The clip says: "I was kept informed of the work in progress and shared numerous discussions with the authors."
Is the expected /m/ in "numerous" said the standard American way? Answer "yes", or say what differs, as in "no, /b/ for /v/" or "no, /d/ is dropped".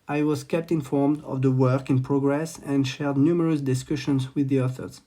yes